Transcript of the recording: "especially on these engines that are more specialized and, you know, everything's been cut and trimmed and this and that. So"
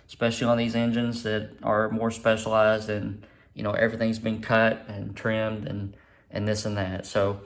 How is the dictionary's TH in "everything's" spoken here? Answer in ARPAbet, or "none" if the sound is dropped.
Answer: TH